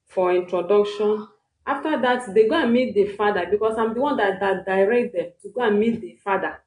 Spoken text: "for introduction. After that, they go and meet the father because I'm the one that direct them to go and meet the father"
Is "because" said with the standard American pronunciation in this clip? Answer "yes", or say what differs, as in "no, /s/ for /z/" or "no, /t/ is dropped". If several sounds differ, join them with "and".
no, /s/ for /z/